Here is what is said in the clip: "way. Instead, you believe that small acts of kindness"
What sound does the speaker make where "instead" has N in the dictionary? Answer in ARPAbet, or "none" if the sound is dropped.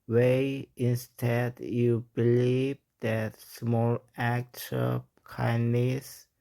N